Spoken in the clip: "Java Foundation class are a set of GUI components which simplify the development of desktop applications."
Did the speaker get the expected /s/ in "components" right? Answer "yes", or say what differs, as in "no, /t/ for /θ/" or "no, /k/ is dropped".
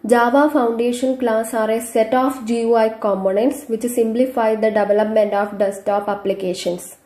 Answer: yes